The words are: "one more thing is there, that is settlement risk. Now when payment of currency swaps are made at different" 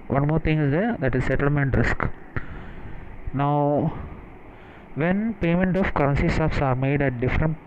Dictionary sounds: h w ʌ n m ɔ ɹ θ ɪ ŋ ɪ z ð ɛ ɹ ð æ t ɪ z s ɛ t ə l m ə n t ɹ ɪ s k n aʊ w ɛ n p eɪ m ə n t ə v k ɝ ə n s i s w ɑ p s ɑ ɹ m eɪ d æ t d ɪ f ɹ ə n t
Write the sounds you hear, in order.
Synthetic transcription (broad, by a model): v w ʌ n m ɔ ɹ t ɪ ŋ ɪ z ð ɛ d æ t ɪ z s ɛ t ə l m ə n t ɹ ɪ s k n aʊ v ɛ n p eɪ m ə n t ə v k ɝ ə n s i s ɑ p s ɑ ɹ m eɪ d æ t d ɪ f ɹ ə n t